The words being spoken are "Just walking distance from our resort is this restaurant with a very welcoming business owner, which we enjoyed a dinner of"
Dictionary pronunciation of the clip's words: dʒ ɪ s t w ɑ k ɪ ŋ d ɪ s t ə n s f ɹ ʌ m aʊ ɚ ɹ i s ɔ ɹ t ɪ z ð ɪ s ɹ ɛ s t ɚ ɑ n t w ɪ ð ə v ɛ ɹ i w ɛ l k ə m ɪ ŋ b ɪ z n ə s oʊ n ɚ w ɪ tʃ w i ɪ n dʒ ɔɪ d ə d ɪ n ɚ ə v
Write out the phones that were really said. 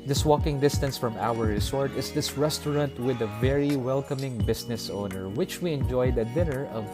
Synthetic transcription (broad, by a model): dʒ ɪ s w ɑ k ɪ ŋ d ɪ s t ə n s f ɹ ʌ m aʊ ɚ ɹ i s ɔ ɹ t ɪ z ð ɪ s ɹ ɛ s t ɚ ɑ n t w ɪ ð ə v ɛ ɹ i w ɛ l k ə m ɪ ŋ b ɪ s n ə s oʊ n ɚ w ɪ tʃ w i ɪ n dʒ ɔɪ d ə d ɪ n ɚ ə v